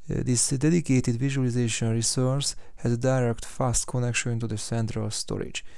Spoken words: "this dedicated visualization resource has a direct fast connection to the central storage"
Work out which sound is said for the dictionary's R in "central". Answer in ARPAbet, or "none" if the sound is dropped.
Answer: R